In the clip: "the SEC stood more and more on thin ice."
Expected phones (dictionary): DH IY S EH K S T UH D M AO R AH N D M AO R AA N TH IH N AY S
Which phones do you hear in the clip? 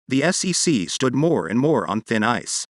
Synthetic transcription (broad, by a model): DH IY S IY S S T UH D M AO R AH N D M AO R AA N TH IH N AY S